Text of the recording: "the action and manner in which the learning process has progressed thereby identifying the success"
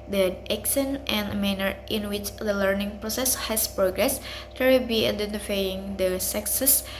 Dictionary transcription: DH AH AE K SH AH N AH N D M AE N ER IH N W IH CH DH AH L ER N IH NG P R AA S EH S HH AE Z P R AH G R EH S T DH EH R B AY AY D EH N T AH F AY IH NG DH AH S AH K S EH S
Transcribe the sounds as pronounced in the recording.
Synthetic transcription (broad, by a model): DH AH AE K S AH N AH N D M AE N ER IH N W IH CH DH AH L ER N IH NG P R AA S EH S HH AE S P R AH G R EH S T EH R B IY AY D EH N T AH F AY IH NG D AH S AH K S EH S